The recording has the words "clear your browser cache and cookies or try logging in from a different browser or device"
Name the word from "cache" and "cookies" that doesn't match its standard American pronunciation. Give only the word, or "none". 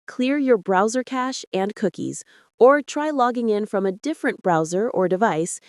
none